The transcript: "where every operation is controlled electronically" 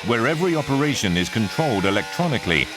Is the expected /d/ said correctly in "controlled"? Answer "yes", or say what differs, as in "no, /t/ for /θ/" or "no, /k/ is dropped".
yes